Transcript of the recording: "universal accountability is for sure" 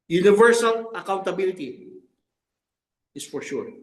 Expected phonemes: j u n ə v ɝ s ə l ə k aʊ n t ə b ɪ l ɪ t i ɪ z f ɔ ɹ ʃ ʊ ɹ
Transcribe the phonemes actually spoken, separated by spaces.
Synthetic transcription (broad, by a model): j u n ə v ɝ s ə l ə k aʊ n t ə b ɪ l ɪ t i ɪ s f ɔ ɹ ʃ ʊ ɹ